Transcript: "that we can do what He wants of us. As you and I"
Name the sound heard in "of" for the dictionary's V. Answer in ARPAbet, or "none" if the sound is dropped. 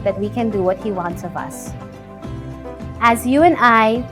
V